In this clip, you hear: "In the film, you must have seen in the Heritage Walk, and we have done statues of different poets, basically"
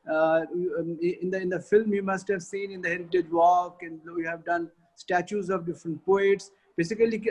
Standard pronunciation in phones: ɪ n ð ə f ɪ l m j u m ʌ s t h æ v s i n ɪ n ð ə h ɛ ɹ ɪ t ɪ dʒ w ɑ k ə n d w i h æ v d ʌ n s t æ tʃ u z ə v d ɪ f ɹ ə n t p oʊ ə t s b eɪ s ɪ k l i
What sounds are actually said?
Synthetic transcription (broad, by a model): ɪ n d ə f ɪ l m j u m ʌ s t h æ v s i n ɪ n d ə h ɛ ɹ ɪ t ɪ dʒ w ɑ k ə n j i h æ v d ʌ n s t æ tʃ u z ə v d ɪ f ɹ ə n t p oʊ ə t s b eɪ s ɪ k l i